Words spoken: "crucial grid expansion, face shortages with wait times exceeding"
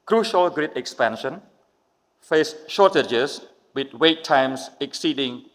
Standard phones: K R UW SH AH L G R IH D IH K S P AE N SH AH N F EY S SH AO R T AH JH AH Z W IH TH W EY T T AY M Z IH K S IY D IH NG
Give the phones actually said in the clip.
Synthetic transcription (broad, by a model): K R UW SH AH L G R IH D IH K S P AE N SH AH N F EY S SH AO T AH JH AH S W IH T W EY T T AY M S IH K S IY D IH NG